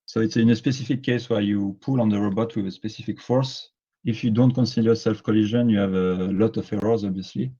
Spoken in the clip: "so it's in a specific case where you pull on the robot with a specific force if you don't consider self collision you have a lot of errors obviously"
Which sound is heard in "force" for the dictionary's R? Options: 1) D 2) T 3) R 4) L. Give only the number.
3